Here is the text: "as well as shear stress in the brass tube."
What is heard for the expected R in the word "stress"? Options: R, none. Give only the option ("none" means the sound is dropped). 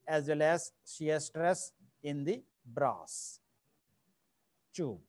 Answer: R